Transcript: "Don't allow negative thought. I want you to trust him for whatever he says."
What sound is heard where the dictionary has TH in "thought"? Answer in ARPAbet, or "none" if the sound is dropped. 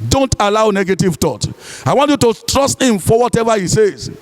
T